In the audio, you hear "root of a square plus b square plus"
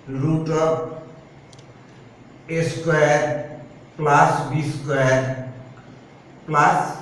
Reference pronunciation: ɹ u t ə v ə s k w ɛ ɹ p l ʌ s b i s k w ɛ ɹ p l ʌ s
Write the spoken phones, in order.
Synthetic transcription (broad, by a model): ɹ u t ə b ə s k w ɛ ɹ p l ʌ s b i s k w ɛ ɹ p l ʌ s